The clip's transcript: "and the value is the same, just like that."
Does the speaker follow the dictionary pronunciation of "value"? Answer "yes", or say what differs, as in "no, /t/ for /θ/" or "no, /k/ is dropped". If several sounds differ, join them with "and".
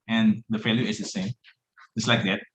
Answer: no, /f/ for /v/